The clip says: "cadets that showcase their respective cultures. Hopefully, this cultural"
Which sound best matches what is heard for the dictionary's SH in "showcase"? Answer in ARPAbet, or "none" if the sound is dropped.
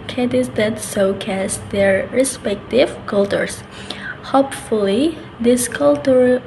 S